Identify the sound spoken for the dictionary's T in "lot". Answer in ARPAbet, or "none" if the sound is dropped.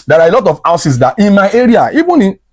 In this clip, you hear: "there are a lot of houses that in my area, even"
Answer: T